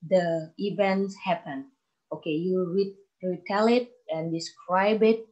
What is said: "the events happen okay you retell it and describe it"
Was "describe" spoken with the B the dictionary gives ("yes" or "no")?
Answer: yes